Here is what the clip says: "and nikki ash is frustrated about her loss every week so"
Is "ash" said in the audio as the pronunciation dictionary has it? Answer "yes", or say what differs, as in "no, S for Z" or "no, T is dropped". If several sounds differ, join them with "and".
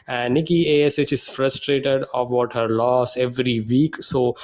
no, S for SH